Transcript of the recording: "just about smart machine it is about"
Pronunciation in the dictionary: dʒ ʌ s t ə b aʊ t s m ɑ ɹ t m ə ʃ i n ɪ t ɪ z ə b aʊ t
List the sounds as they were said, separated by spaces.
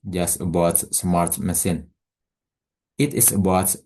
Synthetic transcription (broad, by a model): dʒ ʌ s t ə b aʊ t s m ɑ ɹ t m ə s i n ɪ t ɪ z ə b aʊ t